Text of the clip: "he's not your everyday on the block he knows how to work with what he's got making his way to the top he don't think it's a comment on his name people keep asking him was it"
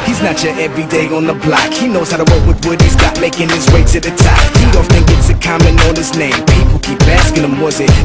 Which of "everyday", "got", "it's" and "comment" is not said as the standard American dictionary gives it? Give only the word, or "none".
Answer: comment